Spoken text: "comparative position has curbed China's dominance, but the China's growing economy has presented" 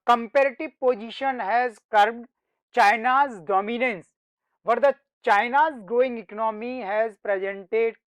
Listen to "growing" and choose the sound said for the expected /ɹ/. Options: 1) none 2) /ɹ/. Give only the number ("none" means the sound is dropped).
1